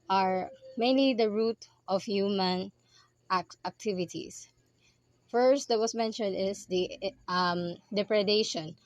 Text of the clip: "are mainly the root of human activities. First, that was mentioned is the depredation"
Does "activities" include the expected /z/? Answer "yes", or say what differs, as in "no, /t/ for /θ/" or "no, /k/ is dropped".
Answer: no, /s/ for /z/